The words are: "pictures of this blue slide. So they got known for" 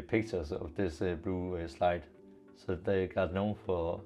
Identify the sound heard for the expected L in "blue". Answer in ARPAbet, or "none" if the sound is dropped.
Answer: none